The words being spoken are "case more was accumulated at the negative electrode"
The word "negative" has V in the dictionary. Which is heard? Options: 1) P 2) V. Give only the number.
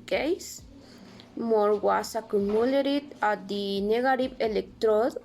1